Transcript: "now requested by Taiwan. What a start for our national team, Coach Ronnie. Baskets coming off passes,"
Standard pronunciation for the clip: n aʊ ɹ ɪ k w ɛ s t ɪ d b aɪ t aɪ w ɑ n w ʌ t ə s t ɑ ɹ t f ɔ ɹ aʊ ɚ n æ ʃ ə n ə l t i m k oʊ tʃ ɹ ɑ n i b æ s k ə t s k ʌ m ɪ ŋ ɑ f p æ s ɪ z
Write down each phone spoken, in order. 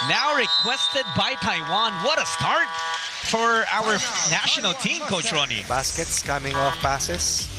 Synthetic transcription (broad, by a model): n aʊ ɹ ɪ k w ɛ s t ɪ d b aɪ t aɪ w ɑ n w ʌ t ə s t ɑ ɹ t f ɔ ɹ aʊ ɚ n æ ʃ ə n ə l t i m k oʊ tʃ ɹ ɑ n i b æ s k ə t s k ʌ m ɪ ŋ ɑ f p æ s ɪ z